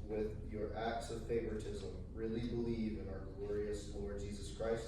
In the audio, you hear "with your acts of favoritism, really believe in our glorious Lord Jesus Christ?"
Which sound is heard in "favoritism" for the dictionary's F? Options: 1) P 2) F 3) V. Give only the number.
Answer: 2